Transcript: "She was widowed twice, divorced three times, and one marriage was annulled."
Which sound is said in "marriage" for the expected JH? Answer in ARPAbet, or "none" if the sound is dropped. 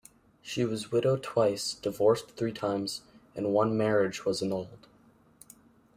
JH